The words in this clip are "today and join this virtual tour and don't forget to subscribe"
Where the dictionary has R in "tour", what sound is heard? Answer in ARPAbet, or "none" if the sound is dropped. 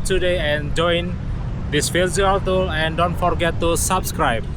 L